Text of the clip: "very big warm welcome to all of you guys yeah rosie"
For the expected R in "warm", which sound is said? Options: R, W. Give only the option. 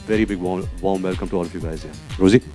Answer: W